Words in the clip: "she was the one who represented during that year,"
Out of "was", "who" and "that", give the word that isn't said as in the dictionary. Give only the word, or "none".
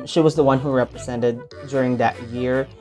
none